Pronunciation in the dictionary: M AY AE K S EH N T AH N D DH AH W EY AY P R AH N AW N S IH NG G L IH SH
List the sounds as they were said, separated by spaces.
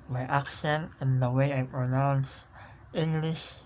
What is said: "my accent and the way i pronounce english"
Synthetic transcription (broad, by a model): M AY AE K SH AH N AH N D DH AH W EY AY P R AH N AW N S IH NG G L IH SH